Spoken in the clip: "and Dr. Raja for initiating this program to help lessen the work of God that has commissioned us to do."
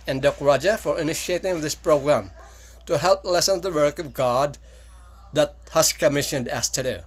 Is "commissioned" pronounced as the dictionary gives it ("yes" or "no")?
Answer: yes